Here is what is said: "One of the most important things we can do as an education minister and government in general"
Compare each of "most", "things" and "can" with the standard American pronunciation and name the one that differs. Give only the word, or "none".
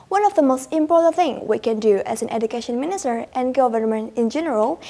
things